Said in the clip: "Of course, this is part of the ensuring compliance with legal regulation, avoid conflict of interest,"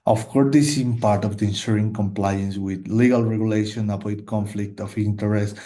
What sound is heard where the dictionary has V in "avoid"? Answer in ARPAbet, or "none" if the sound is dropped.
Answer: P